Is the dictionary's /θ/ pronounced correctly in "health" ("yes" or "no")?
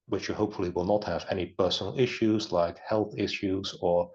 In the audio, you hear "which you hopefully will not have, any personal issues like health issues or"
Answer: yes